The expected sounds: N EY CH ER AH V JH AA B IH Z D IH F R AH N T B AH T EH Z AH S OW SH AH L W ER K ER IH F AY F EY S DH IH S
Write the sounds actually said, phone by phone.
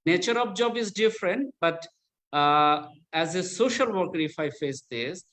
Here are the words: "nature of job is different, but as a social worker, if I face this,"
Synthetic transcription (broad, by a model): N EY CH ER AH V JH AA B IH Z D IH F R AH N T B AH T EH Z AH S OW SH AH L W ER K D IH F AY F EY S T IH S